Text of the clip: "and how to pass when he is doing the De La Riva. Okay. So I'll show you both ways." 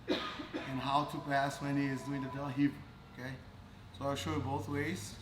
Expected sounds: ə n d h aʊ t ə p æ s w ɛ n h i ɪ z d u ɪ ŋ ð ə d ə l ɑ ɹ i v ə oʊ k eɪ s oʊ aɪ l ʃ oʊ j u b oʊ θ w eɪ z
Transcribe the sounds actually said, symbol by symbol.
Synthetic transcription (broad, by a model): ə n h aʊ t ə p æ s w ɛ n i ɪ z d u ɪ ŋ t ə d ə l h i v oʊ k eɪ s oʊ aɪ l ʃ oʊ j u b oʊ θ w eɪ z